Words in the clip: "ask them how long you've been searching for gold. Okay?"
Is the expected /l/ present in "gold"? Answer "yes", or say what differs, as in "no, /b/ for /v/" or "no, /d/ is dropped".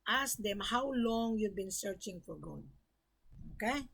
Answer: no, /l/ is dropped